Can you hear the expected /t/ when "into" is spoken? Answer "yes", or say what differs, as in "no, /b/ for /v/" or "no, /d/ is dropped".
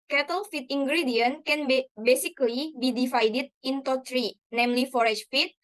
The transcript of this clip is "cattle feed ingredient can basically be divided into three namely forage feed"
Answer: yes